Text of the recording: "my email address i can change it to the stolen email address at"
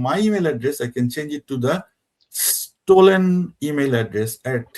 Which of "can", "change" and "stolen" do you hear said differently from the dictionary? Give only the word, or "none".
none